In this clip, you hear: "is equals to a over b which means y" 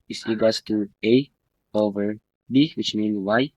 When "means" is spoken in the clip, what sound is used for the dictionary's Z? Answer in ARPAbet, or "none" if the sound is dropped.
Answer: none